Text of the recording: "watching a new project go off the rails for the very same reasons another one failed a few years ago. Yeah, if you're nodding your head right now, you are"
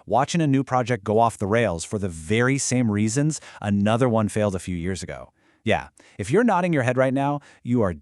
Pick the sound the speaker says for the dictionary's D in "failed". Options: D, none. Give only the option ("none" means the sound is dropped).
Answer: D